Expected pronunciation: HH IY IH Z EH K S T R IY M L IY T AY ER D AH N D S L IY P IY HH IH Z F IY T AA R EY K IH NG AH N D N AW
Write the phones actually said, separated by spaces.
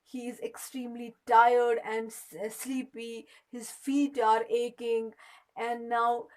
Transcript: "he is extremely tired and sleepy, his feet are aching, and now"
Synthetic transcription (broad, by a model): HH IY IH Z EH K S T R IY M L IY T AY ER D AH N D S L IY P IY HH IH Z F IY T AA R EY K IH NG AH N D N AW